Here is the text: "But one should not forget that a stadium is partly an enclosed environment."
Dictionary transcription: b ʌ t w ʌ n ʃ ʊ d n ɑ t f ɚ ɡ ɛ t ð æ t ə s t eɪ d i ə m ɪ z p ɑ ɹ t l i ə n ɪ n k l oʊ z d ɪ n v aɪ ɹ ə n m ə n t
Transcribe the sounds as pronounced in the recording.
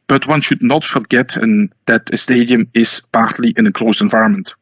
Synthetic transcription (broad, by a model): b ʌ t w ʌ n ʃ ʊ d n ɑ t f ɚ ɡ ɛ t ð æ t ə s t eɪ d i ə m ɪ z p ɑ ɹ t l i ə n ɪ k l oʊ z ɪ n v aɪ ɹ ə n m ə n t